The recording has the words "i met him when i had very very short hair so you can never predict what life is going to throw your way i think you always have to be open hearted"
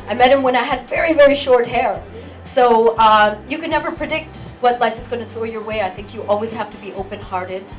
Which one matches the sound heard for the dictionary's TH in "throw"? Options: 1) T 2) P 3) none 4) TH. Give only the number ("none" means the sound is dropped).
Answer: 4